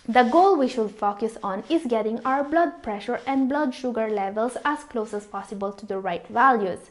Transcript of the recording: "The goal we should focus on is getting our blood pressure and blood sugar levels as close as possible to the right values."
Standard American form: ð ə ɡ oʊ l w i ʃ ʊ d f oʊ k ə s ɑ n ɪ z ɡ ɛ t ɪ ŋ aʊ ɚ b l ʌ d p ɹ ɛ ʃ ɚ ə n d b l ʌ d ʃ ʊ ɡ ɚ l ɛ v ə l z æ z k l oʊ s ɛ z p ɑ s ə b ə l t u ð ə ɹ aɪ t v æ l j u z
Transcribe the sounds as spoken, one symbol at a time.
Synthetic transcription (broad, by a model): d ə ɡ oʊ l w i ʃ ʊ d f oʊ k ə s ɑ n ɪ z ɡ ɛ t ɪ ŋ aʊ ɚ b l ʌ d p ɹ ɛ ʃ ɚ ə n d b l ʌ d ʃ ʊ ɡ ɚ l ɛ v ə l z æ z k l oʊ s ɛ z p ɑ s ə b ə l t u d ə ɹ aɪ t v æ l j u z